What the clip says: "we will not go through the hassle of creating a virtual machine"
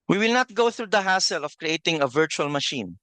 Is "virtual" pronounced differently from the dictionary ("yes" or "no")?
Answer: no